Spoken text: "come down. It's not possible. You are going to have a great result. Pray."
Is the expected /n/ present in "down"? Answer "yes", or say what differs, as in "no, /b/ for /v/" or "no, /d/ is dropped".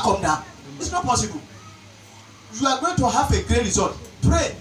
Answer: no, /n/ is dropped